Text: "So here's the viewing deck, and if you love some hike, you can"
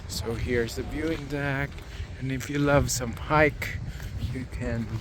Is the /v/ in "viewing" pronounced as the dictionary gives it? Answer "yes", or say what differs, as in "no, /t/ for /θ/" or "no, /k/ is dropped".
no, /b/ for /v/